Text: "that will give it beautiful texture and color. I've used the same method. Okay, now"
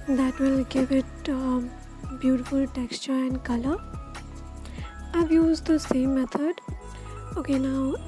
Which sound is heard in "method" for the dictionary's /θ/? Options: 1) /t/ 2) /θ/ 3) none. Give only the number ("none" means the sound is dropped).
1